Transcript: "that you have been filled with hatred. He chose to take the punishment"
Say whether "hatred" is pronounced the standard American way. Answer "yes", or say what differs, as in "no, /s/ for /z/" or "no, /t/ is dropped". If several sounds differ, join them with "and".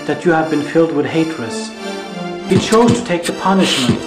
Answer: no, /l/ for /ɹ/